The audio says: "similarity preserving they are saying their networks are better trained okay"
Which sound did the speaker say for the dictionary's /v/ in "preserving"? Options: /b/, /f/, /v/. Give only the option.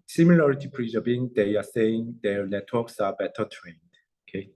/b/